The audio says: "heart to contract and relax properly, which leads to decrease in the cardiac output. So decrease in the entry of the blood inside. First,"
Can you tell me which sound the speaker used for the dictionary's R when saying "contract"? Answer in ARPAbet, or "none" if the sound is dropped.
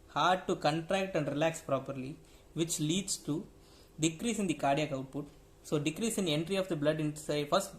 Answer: R